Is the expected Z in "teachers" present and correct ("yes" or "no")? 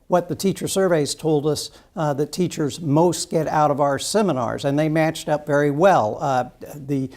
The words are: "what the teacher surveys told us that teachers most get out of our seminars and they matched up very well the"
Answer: yes